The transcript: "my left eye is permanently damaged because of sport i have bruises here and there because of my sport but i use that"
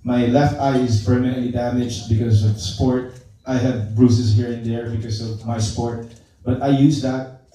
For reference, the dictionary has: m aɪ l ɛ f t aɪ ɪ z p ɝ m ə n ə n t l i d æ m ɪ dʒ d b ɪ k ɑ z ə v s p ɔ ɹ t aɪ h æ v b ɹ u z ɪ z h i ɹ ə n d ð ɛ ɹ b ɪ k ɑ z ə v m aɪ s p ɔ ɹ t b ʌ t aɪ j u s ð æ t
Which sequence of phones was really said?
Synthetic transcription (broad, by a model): m aɪ l ɛ f t aɪ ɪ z p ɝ m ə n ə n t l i d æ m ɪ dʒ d b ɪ k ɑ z ə v s p ɔ ɹ t aɪ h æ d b ɹ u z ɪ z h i ɹ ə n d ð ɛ ɹ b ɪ k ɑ s ə v m aɪ s p ɔ ɹ t b ʌ t aɪ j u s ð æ t